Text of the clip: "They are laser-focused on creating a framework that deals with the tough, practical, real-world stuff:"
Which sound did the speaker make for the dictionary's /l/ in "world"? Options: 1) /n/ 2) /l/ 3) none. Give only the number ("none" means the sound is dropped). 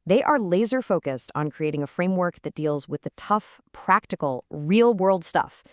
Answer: 2